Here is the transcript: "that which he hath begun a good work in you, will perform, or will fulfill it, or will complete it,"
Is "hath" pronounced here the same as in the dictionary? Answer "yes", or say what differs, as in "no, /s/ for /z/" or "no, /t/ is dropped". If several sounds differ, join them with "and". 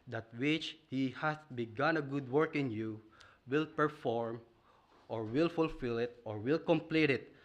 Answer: no, /s/ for /θ/